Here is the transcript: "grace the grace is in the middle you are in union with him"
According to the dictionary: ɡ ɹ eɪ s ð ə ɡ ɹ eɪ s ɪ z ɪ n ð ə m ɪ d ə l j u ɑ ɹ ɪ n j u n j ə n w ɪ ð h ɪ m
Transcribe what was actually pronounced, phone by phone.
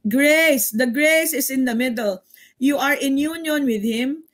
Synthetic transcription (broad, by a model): ɡ ɹ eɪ s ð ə ɡ ɹ eɪ s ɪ s ɪ n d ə m ɪ d ə l j u ɑ ɹ ɪ n j u n j ə n w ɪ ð h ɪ m